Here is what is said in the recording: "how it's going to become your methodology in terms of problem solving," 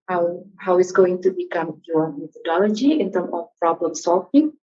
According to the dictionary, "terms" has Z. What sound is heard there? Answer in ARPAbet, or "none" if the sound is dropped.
none